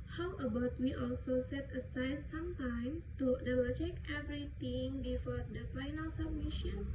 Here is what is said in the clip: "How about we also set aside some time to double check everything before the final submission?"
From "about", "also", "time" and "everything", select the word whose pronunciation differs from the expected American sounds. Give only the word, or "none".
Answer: everything